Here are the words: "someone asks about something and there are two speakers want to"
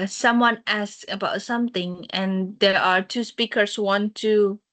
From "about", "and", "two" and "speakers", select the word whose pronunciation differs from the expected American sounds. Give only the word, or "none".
speakers